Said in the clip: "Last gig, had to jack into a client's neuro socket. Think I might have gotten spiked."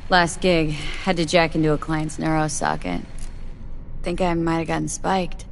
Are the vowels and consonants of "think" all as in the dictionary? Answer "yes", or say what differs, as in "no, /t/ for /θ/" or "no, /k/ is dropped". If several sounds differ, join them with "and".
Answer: yes